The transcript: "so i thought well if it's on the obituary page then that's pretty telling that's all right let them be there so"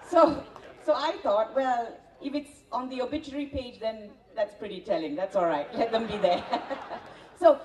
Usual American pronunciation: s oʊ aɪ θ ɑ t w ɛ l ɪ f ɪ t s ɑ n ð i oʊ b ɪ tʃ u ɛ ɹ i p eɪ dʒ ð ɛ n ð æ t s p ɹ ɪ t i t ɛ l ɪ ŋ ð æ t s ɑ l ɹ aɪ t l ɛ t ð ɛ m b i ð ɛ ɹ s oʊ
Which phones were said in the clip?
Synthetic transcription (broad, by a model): s oʊ aɪ t ɑ t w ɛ l ɪ f ɪ t s ɑ n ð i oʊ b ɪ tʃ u ɹ i p eɪ dʒ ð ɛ n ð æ t s p ɹ ɪ t i t ɛ l ɪ ŋ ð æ t s ɑ l ɹ aɪ t l ɛ t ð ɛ m b i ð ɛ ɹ s oʊ